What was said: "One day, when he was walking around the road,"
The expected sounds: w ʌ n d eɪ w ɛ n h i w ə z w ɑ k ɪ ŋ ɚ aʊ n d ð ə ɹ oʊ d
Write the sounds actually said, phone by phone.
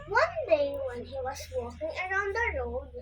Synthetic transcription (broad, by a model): w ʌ n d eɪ w ɛ n h i w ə s w ɑ k ɪ ŋ ɚ aʊ n d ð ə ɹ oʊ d